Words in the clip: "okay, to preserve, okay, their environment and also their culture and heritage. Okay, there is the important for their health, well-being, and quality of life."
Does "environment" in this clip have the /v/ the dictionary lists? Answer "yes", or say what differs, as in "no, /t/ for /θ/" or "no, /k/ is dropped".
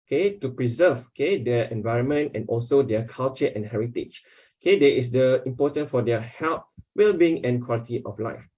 yes